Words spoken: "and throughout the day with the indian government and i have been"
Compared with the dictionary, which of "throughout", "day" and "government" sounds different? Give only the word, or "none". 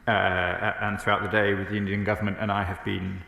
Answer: none